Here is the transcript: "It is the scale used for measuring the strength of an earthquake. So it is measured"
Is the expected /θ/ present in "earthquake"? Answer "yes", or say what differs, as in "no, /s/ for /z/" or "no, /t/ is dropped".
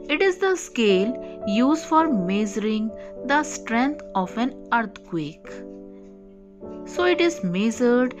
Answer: no, /t/ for /θ/